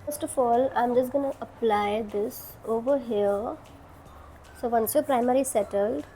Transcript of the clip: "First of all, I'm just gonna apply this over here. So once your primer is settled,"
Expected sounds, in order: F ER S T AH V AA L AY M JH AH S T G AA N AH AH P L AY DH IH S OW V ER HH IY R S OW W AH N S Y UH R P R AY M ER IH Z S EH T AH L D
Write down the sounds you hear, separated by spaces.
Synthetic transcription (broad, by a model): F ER S T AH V AA L AY M JH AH S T G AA N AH AH P L AY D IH S OW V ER HH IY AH S OW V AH N S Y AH P R AY M ER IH S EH T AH L D